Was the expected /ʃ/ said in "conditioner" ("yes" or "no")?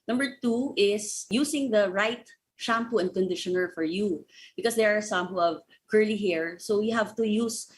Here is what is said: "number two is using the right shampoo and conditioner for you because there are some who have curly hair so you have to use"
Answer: yes